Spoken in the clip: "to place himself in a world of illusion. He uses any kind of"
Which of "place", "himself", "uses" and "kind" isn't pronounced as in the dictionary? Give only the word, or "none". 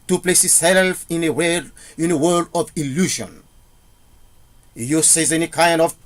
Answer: himself